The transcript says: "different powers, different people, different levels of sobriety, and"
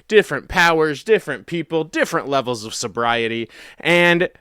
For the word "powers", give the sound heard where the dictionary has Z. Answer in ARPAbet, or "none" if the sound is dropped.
Z